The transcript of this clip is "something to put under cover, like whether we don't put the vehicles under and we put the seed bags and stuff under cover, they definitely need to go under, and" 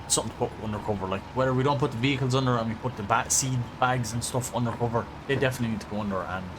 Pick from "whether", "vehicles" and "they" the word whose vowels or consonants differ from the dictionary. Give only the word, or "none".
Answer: none